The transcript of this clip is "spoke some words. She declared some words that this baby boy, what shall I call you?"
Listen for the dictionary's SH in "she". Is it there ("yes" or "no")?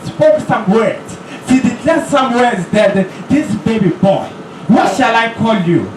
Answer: no